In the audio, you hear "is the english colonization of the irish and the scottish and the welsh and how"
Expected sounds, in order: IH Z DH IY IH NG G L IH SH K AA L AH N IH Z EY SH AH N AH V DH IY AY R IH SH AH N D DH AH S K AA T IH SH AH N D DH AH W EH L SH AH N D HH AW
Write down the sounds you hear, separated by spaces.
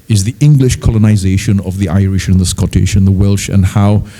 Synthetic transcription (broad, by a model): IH Z DH IY IH NG G L IH SH K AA L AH N IH Z EY SH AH N AH V DH IY AY R IH SH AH N DH AH S K AA T IH SH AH N DH AH W EH L SH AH N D HH AW